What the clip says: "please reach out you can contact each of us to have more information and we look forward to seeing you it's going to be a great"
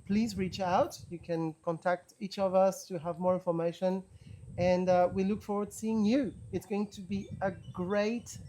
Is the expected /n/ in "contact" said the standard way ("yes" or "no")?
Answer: yes